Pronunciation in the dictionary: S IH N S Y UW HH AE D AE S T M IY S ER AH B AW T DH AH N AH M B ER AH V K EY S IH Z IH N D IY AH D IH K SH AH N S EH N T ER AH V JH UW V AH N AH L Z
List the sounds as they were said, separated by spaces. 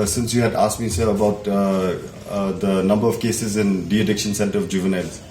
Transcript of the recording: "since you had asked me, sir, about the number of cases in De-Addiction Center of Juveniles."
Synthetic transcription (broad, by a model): S IH N S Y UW HH AE D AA S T M IY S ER AH B AW T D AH N AH M B ER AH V K EY S IH Z IH N D IY AH D IH K SH AH N S EH N T ER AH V JH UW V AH N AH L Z